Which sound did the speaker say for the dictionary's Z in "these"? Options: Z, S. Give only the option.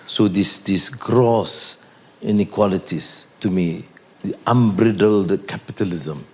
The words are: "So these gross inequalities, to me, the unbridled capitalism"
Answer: S